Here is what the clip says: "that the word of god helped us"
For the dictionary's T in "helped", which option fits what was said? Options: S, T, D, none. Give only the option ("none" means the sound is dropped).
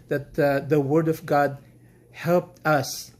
T